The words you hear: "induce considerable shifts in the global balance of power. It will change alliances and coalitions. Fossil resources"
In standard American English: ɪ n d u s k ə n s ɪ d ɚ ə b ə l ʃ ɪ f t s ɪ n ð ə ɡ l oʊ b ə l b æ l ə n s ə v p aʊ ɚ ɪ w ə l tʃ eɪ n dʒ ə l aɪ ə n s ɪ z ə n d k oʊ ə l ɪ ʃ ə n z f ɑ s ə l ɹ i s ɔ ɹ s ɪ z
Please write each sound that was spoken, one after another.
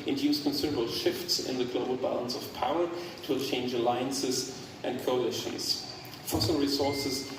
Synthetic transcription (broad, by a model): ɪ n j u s k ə n s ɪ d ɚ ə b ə l ʃ ɪ f t s ɪ n ð ə ɡ l oʊ b ə l b æ l ə n s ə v p aʊ ɚ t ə tʃ eɪ n dʒ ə l aɪ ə n s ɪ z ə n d k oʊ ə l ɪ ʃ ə z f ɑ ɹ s ɹ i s ɔ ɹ s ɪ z